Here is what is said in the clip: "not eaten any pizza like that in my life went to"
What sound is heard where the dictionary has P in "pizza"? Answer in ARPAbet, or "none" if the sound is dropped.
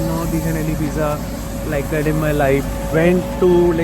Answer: B